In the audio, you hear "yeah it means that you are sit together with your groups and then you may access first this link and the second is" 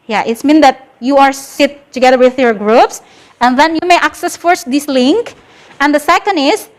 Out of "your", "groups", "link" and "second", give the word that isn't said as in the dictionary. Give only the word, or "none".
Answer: none